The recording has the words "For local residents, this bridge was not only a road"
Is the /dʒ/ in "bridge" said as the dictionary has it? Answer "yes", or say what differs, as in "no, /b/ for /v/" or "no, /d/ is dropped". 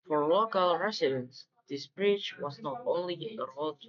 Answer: no, /tʃ/ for /dʒ/